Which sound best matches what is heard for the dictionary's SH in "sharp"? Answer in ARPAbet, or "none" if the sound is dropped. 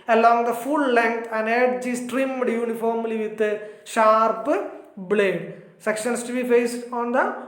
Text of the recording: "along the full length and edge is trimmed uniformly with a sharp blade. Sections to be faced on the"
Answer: SH